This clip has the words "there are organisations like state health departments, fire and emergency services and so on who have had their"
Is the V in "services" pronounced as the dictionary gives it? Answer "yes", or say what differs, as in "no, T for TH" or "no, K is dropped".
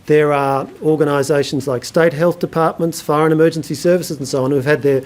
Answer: yes